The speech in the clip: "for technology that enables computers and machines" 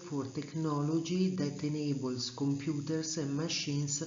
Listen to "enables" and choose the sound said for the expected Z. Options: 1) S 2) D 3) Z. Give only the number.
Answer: 1